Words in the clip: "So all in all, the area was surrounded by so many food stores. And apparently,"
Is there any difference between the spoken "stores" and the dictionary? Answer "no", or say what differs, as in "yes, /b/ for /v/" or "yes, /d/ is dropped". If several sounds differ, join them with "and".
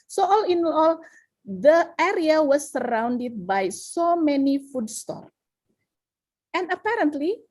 yes, /z/ is dropped